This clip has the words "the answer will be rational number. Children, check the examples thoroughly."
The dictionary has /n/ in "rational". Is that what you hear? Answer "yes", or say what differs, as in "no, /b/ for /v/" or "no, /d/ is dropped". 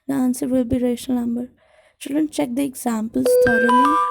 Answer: no, /n/ is dropped